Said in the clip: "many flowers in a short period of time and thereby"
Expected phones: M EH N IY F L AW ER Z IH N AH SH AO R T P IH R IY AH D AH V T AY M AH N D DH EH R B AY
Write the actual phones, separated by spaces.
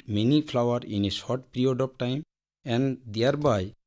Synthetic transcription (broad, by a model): M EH N IY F L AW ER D IH N AH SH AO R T P R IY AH D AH P T AY M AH N D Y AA R B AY